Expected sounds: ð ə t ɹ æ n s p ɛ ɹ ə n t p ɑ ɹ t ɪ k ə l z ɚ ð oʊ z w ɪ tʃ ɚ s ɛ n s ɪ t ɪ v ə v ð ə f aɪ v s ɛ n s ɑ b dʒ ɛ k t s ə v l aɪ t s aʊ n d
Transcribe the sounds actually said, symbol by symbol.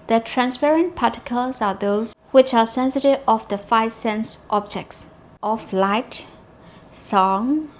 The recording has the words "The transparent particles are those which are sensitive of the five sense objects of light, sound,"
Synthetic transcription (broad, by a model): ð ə t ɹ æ n s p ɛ ɹ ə n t p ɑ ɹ t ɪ k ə l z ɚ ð oʊ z w ɪ tʃ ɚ s ɛ n s ɪ t ɪ v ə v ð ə f aɪ v s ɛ n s ɑ b dʒ ɛ k t s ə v l aɪ t s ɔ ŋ